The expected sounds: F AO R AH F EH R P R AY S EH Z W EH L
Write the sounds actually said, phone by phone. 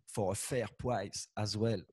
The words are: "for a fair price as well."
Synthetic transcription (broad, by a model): F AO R AH F EH R P W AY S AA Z W EH L